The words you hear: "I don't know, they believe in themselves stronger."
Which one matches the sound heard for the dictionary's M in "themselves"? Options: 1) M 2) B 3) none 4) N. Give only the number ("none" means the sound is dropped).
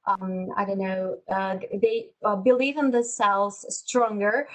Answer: 3